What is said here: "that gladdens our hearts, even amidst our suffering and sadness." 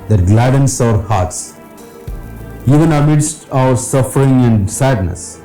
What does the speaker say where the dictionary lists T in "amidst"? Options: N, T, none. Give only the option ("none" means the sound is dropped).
T